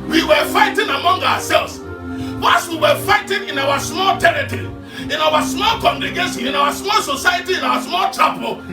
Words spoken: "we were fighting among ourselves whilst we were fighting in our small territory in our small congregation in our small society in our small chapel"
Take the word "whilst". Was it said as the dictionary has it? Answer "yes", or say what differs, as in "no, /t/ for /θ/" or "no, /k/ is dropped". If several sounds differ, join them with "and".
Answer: no, /l/ is dropped